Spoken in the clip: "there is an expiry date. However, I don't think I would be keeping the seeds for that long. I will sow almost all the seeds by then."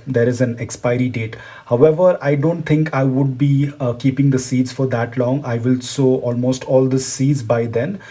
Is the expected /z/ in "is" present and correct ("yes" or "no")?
yes